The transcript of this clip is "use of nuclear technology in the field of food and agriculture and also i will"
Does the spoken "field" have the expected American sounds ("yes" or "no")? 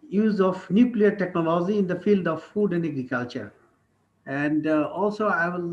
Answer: yes